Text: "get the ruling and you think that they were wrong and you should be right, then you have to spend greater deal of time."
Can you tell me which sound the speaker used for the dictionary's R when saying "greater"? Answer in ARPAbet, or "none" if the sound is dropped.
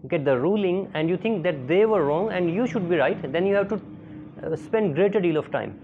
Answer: R